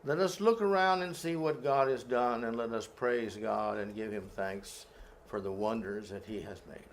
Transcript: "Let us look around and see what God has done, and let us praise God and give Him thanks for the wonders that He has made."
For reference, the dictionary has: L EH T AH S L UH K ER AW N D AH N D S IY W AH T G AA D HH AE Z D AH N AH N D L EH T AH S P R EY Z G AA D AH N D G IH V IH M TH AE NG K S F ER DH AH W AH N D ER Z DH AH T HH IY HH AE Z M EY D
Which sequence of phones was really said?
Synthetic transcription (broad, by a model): L EH T AH S L UH K ER AW N D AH N S IY W AH T G AA D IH Z D AH N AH N L EH T AH S P R EY Z G AA D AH N G IH V IH M TH AE NG K S F ER DH AH W AH N D ER Z DH AH T HH IY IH Z M EY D